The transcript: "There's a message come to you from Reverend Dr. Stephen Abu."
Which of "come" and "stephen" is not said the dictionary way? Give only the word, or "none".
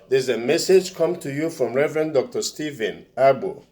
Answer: none